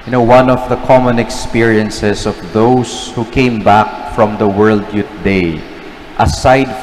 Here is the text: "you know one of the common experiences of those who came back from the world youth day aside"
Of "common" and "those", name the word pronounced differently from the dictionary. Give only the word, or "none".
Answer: those